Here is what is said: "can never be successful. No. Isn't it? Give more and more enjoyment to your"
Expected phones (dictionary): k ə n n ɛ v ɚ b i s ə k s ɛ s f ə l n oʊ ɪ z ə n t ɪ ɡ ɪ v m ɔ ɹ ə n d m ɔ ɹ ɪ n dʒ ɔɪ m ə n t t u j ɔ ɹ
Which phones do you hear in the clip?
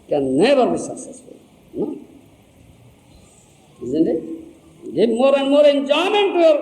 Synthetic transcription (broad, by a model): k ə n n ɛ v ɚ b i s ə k s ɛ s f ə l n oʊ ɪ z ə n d ɪ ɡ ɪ b m ɔ ɹ ə n d m ɔ ɹ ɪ n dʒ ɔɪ m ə n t t u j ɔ ɹ